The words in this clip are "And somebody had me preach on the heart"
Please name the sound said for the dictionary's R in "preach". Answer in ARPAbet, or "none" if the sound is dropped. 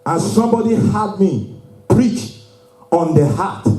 R